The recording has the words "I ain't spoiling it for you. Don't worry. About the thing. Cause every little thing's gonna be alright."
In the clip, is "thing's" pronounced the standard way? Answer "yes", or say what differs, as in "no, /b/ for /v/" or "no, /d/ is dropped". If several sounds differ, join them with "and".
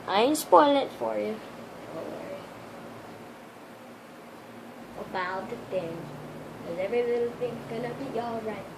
yes